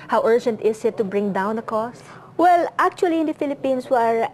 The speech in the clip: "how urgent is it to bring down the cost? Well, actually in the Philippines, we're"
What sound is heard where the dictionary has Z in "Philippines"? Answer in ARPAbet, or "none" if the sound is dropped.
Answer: S